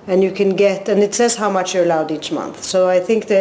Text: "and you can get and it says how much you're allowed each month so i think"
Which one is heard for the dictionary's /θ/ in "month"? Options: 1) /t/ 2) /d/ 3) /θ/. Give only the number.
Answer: 3